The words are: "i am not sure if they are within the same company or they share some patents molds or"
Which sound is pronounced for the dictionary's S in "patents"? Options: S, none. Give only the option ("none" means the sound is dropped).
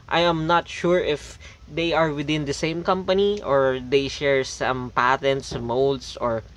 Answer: S